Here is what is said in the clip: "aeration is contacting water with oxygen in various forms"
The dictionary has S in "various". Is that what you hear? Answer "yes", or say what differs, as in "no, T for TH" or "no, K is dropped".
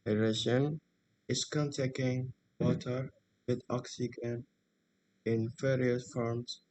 no, S is dropped